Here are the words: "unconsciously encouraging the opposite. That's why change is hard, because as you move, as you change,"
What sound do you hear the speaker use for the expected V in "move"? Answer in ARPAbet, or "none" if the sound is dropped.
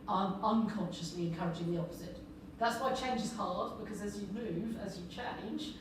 V